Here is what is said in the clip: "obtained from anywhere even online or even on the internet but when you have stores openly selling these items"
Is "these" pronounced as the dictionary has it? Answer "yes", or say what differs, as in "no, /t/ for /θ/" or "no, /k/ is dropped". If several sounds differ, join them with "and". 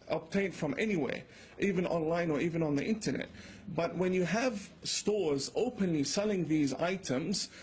yes